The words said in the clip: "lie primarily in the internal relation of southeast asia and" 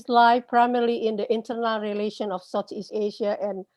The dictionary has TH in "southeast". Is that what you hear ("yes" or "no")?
no